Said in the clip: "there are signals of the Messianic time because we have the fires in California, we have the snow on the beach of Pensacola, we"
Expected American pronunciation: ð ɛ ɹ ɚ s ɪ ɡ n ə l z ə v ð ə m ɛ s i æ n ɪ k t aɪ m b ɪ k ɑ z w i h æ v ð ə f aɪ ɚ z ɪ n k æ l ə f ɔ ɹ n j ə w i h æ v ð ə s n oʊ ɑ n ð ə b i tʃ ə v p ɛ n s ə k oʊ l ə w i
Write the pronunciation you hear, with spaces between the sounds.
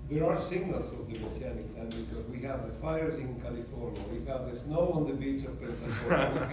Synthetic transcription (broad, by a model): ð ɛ ɹ ɚ s ɪ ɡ n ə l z ə v ð ə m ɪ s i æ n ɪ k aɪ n b ɪ k ɑ z w i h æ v ð ə f aɪ ɚ z ɪ n k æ l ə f ɔ ɹ n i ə w i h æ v ð ə s n oʊ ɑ n ð ə b i tʃ ə v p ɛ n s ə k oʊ ə